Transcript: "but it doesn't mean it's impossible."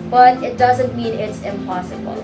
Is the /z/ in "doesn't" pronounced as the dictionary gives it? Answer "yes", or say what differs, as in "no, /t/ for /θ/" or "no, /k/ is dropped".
yes